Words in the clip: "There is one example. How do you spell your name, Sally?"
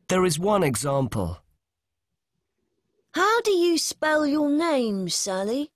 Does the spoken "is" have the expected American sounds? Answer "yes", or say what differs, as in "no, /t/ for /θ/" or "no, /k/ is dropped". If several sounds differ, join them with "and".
yes